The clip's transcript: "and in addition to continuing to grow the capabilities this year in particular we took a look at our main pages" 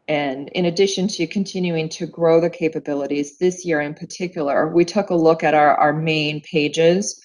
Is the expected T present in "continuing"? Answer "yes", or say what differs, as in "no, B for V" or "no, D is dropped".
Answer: yes